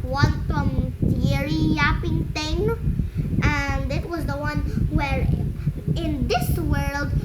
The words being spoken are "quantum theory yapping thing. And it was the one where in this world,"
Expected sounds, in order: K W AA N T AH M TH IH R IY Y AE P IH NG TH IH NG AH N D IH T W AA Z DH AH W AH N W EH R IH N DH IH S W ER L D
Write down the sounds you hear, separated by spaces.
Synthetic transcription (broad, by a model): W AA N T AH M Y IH R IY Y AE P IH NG T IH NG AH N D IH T W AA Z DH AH W AH N W EH R IH N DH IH S W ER L D